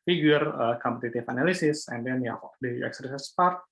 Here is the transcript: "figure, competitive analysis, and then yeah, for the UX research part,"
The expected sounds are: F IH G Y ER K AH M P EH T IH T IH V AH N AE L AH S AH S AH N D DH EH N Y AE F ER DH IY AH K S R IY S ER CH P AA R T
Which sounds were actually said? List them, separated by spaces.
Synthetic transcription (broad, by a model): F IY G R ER K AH M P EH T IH T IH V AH N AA L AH S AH S AH N D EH N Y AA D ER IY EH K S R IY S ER S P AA R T